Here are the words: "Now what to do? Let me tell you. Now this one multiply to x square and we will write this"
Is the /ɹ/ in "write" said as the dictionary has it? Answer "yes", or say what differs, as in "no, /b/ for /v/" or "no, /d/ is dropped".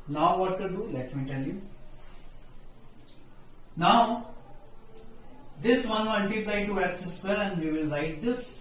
yes